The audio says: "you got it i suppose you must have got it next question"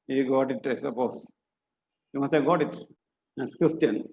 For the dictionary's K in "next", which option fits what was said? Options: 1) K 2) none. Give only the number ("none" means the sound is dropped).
2